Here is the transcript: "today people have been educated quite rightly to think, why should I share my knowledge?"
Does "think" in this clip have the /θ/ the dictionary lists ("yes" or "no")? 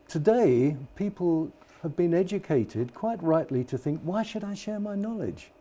yes